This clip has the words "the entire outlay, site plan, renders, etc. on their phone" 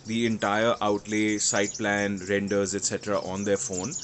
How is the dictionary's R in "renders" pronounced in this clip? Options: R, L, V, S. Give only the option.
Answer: R